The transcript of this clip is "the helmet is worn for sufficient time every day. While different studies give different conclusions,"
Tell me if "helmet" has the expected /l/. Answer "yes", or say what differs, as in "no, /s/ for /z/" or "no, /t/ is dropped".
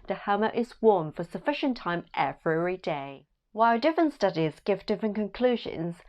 no, /l/ is dropped